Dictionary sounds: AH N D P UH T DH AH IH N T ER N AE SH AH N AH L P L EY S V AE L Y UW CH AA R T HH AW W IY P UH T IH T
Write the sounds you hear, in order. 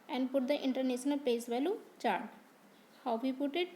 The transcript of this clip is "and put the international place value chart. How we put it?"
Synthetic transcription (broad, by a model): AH N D P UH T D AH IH N T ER N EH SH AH N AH L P EY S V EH L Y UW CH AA R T HH AW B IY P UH T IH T